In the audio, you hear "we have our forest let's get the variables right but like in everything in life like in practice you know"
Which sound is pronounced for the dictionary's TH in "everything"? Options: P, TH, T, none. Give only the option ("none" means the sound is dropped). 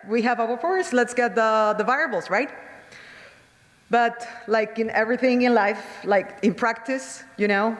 TH